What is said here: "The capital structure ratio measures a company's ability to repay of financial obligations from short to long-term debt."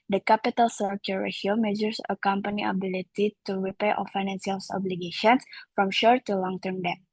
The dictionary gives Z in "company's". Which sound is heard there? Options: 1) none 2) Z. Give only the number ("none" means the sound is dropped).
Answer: 1